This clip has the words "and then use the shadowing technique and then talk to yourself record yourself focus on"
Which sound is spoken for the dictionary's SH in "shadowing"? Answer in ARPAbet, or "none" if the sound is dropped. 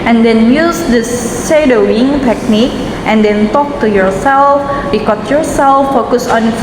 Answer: S